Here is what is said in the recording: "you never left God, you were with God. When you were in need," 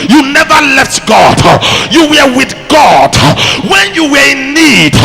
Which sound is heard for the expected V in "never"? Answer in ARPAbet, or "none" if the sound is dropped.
V